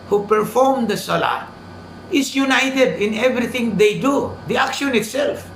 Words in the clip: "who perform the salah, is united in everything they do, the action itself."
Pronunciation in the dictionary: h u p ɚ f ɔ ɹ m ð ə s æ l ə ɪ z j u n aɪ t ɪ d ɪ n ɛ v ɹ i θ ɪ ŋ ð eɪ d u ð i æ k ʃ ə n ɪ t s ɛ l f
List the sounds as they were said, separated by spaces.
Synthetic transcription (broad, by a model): h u p ɚ f ɔ ɹ m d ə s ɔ l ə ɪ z j u n aɪ t ɪ d ɪ n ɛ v ɹ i t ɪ ŋ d eɪ d u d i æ k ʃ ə n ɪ t s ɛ l f